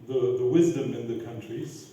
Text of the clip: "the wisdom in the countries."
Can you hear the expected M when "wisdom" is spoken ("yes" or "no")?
yes